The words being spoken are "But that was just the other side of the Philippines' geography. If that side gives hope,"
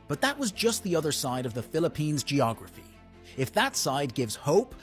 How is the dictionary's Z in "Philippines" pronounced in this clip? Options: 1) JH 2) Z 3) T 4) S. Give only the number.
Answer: 2